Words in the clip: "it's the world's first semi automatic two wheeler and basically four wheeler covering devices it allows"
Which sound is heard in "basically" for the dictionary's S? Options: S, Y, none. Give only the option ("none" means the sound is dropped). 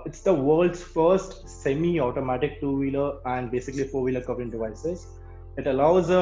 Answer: S